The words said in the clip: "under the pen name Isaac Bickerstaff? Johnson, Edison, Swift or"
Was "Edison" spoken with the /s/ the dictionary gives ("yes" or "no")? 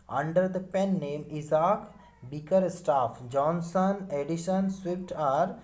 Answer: no